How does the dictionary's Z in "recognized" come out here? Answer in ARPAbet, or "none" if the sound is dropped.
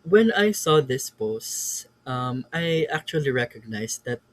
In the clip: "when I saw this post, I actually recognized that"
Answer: S